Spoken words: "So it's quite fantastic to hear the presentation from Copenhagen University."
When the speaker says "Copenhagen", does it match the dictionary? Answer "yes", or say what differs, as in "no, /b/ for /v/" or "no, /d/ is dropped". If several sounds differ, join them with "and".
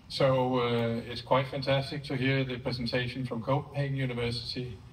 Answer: no, /p/ is dropped